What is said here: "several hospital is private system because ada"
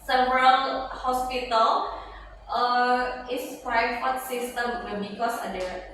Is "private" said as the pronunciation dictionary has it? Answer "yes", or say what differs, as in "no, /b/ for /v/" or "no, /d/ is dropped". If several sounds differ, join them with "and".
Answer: no, /f/ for /v/